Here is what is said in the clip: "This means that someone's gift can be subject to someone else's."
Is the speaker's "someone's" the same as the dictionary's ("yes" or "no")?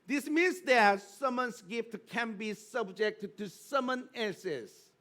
no